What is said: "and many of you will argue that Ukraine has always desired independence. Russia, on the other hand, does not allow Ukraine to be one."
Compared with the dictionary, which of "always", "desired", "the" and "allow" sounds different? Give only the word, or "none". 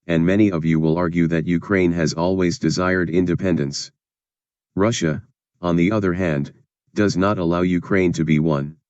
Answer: none